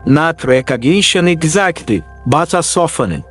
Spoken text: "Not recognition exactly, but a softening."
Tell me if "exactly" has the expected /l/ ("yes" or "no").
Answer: no